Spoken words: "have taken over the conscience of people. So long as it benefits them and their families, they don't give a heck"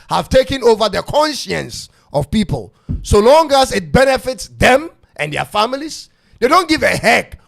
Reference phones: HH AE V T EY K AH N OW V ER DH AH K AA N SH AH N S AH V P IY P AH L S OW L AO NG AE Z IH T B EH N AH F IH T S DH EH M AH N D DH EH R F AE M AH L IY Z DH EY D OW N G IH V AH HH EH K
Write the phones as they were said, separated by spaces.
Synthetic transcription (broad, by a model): HH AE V T EY K AH N OW V ER DH AH K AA N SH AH N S AH V P IY P AH L S OW L AO NG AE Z IH T B EH N AH F IH T S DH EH M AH N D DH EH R F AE M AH L IY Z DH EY D OW N G IH V AH HH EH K